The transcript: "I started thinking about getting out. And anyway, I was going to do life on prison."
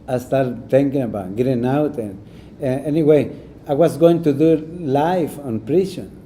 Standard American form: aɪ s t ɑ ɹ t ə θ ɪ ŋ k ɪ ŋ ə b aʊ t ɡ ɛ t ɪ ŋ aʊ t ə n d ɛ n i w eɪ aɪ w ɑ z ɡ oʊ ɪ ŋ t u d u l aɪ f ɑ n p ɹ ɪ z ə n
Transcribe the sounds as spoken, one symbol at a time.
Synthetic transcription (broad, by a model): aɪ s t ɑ l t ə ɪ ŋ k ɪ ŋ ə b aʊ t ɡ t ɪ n aʊ t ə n ɛ n i w eɪ aɪ w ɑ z ɡ oʊ ɪ ŋ t u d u l aɪ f ɑ n p ɹ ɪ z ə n